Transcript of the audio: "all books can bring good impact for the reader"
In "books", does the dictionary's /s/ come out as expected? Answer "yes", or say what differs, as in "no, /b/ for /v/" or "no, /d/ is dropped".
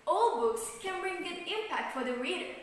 yes